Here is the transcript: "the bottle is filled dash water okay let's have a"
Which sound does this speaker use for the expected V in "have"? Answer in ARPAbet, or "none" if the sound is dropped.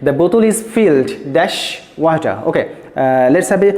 B